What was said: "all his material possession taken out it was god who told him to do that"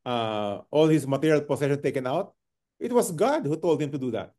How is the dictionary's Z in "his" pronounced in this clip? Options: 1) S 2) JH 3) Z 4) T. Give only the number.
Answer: 1